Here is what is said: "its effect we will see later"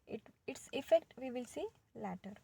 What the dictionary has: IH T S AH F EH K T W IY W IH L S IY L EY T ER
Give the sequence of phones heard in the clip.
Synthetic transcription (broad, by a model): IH T S AH F EH K T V IY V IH L S IY L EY T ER